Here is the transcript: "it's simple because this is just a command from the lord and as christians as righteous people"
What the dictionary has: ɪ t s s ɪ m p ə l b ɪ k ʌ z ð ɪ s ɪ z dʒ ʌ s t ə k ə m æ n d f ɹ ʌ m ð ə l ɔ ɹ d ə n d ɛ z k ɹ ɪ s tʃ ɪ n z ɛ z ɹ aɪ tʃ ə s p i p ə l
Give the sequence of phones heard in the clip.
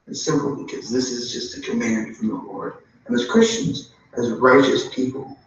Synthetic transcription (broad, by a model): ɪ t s s ɪ m p l b ɪ k ʌ z ð ɪ s ɪ z dʒ ʌ s t ə k ə m æ n d f ɹ ʌ m ð ə l ɔ ɹ d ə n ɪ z k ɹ ɪ s tʃ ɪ n z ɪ z ɹ aɪ tʃ ə s p i p l